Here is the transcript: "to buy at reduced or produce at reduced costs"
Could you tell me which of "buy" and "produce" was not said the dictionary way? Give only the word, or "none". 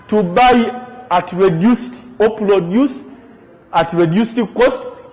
produce